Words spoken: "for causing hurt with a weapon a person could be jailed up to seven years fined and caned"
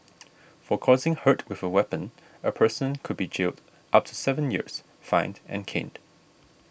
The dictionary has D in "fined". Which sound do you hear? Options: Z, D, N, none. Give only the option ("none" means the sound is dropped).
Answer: D